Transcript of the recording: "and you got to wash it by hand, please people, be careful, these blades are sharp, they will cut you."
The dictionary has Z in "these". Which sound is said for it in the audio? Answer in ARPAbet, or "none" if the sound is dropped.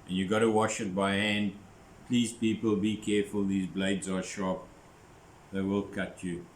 Z